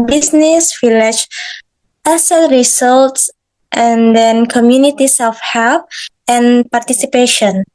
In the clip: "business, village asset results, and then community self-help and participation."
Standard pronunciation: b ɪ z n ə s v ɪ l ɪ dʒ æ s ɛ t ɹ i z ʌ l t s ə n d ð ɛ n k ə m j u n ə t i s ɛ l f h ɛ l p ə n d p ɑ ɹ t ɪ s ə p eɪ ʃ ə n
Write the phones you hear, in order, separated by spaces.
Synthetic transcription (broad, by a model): b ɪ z n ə s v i l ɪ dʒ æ s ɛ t ɹ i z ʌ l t s ə n d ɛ n k ə m j u n ə t i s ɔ f h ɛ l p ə n p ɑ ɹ t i s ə p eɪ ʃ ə n